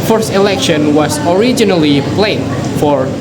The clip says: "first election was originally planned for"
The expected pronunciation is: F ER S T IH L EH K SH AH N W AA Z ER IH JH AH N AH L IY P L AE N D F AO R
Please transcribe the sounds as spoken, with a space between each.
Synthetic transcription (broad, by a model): F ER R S IH L EH K SH AH N W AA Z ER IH JH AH N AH L IY P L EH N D F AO R